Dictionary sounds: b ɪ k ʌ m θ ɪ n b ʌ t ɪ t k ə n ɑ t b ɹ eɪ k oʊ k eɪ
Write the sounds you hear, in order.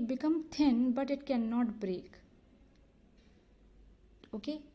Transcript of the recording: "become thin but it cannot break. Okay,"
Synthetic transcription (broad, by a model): b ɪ k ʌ m t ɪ n b ʌ t ɪ t k ə n ɑ t b ɹ eɪ k oʊ k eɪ